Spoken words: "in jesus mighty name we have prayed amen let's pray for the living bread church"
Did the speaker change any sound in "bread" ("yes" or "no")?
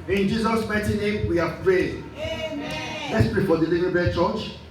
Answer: yes